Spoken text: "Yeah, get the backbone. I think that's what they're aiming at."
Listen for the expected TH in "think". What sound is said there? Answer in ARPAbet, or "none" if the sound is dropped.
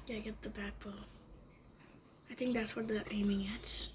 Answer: TH